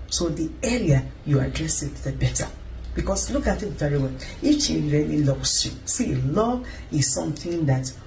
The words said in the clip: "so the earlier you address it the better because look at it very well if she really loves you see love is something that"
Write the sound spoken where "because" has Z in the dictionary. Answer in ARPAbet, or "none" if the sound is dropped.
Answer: S